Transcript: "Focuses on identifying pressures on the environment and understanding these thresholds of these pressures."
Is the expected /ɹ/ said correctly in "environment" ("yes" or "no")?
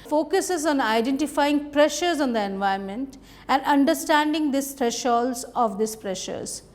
no